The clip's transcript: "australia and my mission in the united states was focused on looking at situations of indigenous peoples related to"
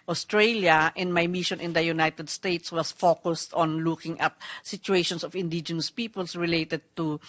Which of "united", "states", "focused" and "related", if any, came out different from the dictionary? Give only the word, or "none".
none